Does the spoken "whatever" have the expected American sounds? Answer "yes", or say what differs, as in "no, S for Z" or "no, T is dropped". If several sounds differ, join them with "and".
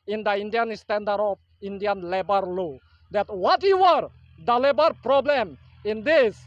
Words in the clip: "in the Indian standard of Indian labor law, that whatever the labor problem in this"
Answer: no, W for V